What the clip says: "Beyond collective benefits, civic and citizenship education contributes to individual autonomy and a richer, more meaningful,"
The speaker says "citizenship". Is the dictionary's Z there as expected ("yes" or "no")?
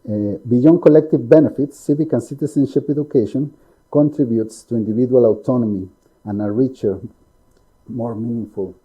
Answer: no